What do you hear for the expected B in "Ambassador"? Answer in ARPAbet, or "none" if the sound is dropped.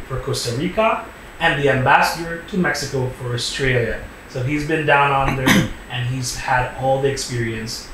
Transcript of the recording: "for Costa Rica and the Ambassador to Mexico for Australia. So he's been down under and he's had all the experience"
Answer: B